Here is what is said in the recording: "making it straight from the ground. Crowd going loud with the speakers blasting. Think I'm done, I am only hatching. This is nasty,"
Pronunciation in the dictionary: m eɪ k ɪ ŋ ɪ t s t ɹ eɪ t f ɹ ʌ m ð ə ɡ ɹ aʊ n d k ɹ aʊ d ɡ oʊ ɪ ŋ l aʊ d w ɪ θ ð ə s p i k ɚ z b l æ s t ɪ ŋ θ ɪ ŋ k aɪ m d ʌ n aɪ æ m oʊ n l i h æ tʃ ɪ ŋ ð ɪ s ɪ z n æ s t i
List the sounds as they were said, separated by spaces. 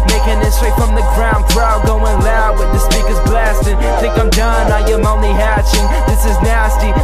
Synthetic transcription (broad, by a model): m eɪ k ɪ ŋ ɪ t s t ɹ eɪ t f ɹ ʌ m ð ə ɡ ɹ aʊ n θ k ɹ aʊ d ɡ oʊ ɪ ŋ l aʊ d w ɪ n ð ə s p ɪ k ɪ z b l æ s t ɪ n θ ɪ ŋ k aɪ m d ʌ n aɪ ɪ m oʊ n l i h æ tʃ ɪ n ð ɪ s ɪ z n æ s t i